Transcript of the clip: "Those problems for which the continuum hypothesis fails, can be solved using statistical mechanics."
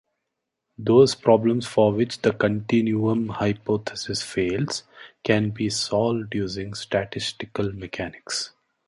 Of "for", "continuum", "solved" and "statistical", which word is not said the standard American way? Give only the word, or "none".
none